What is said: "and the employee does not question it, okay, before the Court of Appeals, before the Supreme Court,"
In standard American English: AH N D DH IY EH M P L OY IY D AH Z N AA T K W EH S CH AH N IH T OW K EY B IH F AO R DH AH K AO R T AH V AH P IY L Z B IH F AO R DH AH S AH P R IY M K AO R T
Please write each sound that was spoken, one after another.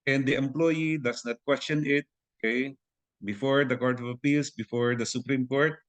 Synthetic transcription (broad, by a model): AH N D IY EH M P L OY IY D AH S N AA T K W EH S CH AH N IH T OW K EY B IH F AO R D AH K AO R T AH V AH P IY L S B IH F AO R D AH S AH P R IY M K AO R T